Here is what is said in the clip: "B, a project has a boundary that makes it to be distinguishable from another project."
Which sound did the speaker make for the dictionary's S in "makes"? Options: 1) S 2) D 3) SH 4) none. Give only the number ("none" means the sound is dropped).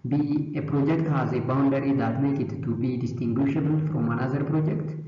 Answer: 4